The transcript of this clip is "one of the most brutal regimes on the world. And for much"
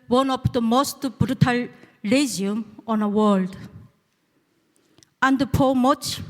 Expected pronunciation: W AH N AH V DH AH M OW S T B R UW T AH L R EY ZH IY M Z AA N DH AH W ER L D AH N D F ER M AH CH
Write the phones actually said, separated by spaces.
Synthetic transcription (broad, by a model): W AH N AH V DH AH M OW S T B R UW T AH L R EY Z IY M AA N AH W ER L D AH N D P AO M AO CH